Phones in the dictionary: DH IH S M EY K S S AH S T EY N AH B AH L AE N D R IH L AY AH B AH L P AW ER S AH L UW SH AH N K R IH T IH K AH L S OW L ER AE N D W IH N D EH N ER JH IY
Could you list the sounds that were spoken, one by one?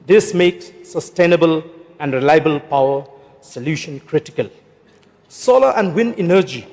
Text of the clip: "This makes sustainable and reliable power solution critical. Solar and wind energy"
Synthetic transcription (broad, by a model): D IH S M EY K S S AH S T EY N AH B AH L AE N D R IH L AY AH B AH L P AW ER S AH L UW SH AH N K R IH T IH K AH L S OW L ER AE N D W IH N EH N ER JH IY